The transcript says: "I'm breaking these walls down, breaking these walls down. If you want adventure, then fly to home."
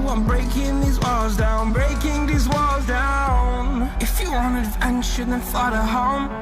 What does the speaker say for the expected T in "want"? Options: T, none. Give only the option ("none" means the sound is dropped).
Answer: none